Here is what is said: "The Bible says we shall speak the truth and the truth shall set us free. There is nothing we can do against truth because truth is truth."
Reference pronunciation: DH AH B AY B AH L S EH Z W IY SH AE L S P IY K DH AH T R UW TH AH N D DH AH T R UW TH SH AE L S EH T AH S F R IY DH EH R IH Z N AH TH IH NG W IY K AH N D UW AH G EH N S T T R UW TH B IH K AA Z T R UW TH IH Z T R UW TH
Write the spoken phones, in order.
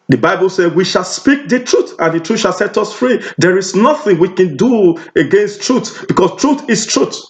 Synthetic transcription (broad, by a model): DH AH B AY B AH L S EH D W IY SH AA L S P IY K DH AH T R UW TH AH N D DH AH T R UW SH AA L S EH T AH S F R IY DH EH R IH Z N AH TH IH NG W IY K AH N D UW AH G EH N S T T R UW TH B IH K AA S T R UW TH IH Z T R UW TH